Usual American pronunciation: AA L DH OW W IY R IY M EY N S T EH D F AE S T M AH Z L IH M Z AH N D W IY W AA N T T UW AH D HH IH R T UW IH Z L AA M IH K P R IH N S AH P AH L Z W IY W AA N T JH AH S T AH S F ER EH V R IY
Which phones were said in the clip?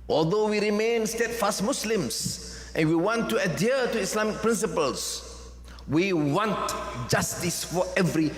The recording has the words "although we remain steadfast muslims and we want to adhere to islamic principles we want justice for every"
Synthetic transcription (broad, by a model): AA L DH OW W IY R IY M EY N S T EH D F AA S T M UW S L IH M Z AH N W IY W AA N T T UW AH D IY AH T UW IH S L AA M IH K P R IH N S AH P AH L S W IY W AA N T JH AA S T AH S F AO EH V R IY